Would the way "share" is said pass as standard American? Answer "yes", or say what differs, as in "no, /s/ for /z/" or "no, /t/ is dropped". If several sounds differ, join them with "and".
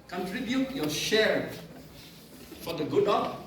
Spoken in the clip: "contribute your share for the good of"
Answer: yes